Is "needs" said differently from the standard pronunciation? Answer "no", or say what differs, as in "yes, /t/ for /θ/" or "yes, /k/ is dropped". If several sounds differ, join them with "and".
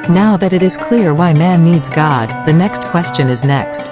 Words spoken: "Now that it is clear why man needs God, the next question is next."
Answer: no